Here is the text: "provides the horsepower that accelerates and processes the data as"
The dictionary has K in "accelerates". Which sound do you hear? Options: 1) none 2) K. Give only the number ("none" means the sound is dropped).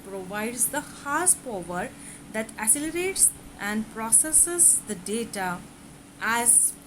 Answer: 1